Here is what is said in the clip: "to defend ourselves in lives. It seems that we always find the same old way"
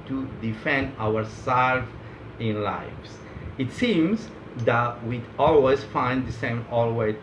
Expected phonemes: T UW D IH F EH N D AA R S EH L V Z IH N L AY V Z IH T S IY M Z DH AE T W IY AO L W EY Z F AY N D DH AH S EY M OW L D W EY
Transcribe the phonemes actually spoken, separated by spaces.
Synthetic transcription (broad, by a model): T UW D IH F EH N D AA R S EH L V IH N L AY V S IH T S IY M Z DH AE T W IY AO L W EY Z F AY N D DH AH S EY M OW L W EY